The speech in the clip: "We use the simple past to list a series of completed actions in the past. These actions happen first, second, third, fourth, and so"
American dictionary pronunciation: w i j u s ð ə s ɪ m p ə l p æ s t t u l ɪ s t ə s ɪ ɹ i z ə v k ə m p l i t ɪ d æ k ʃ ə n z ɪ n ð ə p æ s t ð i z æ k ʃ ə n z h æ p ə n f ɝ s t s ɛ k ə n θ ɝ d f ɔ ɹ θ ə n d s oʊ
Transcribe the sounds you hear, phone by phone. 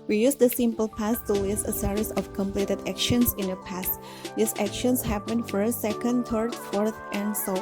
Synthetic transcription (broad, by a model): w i j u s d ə s ɪ m p ə l p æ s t t u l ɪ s ə s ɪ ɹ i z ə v k ə m p l i t ɪ d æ k ʃ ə n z ɪ n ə p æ s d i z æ k ʃ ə n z h æ p ə n f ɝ t s ɛ k ə n t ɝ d f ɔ ɹ t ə n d s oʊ